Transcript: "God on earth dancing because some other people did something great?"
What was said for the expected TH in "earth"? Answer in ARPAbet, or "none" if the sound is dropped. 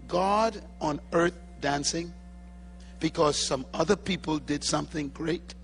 TH